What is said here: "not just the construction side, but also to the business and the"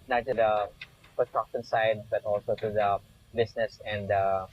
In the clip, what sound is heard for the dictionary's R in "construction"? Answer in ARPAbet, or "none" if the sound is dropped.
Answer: none